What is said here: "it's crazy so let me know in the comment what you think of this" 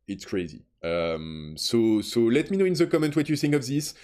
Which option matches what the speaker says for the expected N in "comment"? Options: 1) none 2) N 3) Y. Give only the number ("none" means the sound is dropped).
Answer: 2